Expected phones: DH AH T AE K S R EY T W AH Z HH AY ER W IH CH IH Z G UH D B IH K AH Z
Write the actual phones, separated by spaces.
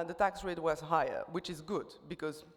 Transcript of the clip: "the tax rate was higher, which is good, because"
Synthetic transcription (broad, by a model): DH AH T AE K S R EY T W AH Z HH AY ER W IH CH IH Z G UH D B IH K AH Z